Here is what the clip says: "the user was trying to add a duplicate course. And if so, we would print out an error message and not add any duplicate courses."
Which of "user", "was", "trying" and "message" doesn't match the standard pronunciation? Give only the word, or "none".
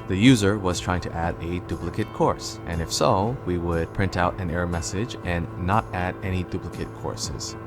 none